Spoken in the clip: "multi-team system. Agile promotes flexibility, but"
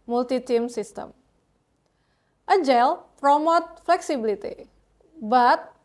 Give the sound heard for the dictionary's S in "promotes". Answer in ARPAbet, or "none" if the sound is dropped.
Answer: none